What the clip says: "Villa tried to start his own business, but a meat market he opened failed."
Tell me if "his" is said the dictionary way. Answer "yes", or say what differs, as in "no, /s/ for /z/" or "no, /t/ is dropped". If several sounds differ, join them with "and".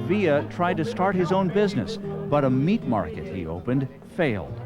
yes